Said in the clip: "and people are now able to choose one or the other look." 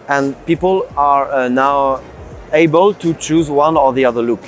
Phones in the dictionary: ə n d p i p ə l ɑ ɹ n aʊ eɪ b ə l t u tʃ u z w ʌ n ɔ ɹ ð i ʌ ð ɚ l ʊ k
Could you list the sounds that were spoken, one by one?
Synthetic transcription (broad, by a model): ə n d p i p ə l ɑ ɹ n aʊ eɪ b ə l t u tʃ u z w ʌ n ɔ ɹ ð i ʌ ð ɚ l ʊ k